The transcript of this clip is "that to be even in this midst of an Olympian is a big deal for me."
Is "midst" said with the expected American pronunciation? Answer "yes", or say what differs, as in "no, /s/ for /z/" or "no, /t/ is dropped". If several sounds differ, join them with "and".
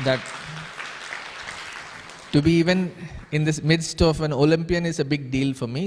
yes